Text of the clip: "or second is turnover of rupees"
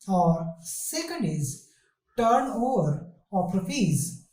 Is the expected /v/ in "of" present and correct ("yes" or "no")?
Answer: no